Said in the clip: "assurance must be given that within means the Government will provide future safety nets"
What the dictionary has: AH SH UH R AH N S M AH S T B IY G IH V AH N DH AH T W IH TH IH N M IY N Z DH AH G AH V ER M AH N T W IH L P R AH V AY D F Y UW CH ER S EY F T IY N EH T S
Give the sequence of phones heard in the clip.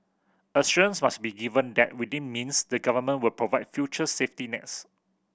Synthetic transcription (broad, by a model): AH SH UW AH N S M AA S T B IY G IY V AH N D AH T W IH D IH N M IY N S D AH G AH V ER M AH N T W IH L P R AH V AY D F Y UW CH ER S EY F T IY N EH T S